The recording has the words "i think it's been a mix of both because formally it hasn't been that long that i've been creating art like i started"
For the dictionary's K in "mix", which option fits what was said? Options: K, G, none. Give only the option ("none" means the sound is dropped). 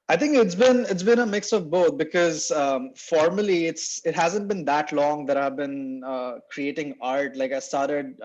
K